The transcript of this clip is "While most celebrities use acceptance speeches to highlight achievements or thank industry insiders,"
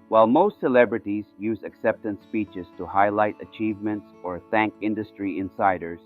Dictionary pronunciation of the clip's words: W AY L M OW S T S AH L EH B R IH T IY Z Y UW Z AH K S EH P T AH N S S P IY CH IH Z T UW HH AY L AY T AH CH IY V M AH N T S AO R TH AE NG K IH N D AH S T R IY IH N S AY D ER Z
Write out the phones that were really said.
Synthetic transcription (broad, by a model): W AY L M OW S T S AH L EH B R IH T IY Z Y UW Z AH K S EH P T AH N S S P IY CH IH Z T UW HH AY L AY T AH CH IY V M AH N T S AO R TH AE NG K IH N D AH S T R IY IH N S AY D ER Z